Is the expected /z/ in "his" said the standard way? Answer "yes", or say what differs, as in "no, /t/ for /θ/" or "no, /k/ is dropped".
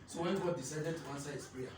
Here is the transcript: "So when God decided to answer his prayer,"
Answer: no, /s/ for /z/